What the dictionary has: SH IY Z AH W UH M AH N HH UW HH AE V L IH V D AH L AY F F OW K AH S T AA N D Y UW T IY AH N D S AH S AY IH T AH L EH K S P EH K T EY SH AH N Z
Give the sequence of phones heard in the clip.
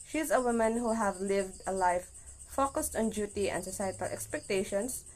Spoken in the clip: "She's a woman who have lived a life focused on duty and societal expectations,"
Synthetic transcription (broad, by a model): SH IY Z AH W UH M AH N HH UW HH AE V L IH V D AH L AY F F OW K AH S T AA N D Y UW T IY AH N D S AH S AY IH T AH L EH K S P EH K T EY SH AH N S